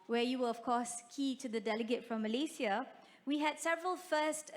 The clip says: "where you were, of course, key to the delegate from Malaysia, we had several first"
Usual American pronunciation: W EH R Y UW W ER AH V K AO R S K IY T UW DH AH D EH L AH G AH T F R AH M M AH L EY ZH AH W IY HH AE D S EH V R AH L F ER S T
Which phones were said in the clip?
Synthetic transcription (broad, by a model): W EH Y UW W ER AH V K AO S K IY T UW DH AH D EH L AH G AH T F R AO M M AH L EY S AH W IY HH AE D S EH V R AH L F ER S T